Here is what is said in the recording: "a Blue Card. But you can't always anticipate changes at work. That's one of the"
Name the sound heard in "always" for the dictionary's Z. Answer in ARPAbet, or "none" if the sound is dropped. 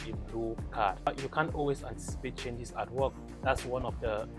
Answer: S